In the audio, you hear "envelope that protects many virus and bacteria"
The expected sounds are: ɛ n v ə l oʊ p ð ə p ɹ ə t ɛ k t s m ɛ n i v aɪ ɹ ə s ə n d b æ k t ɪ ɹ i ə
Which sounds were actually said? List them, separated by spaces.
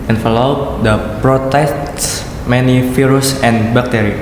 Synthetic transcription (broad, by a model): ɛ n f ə l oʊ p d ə p ɹ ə t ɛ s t s m ɛ n i f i ɹ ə s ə n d b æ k t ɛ ɹ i